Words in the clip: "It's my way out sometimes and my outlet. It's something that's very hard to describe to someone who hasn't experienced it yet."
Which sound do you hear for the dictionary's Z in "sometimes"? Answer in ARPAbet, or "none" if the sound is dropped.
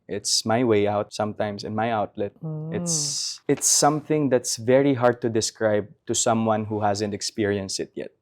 S